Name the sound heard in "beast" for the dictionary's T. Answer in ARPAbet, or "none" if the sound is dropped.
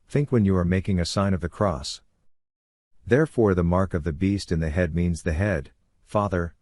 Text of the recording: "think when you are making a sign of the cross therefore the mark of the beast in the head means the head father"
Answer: T